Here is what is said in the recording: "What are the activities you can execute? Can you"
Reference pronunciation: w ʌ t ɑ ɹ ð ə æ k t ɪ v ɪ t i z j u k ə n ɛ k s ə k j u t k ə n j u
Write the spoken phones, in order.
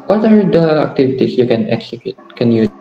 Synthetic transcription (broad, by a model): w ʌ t ɑ ɹ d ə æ k t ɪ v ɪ t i s j u k ə n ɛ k s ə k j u t k ə n j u